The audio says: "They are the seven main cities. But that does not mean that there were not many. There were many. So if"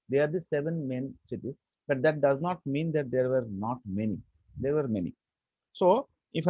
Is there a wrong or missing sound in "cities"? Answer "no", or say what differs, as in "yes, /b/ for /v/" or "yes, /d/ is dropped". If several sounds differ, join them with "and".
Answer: yes, /z/ is dropped